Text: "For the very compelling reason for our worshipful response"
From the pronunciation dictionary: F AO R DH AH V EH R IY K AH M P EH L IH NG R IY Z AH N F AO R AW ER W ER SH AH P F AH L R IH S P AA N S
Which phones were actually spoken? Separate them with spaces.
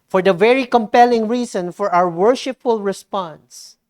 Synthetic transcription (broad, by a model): F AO R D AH V EH R IY K AH M P EH L IH NG R IY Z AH N F AO R AW ER W ER SH AH P F AH L R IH S P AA N S